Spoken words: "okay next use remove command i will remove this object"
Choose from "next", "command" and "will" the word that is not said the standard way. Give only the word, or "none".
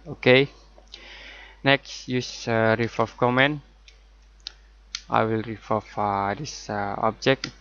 command